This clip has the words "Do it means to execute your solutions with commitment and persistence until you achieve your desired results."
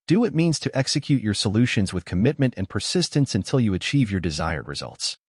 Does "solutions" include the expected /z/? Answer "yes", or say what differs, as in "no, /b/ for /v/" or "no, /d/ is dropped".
yes